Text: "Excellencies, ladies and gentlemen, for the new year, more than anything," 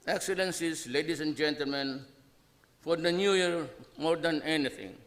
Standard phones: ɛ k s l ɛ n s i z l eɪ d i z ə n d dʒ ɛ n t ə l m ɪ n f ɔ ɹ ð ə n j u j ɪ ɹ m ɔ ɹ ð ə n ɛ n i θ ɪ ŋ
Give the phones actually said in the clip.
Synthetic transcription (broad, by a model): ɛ k s l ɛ n s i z l eɪ d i s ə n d dʒ ɛ n t ə l m ɪ n f ɔ ɹ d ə n j u j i ɹ m ɔ ɹ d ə n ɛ n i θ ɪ ŋ